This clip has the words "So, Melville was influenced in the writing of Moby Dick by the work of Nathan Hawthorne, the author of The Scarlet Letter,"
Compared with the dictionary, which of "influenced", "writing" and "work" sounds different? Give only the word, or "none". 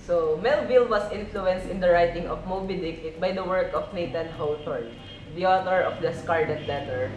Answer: none